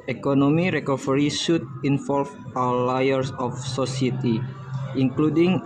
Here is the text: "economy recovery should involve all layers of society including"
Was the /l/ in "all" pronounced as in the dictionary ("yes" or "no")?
no